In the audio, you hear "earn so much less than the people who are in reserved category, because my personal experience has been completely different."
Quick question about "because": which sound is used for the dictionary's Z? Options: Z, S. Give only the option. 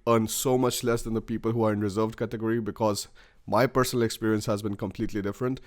Z